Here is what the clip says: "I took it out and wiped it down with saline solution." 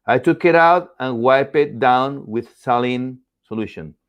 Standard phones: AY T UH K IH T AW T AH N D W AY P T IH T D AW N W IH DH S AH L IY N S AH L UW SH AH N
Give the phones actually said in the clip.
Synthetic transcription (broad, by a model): AY T UH K IH T AW T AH N W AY P IH T D AW N W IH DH S AH L IY N S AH L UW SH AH N